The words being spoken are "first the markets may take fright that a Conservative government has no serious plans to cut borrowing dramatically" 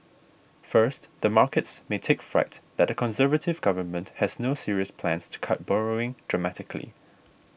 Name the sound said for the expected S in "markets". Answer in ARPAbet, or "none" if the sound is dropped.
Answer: S